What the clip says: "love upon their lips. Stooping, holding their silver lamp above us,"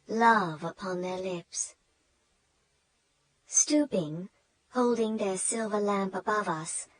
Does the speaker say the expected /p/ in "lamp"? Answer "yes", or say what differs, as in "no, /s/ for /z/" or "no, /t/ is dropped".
yes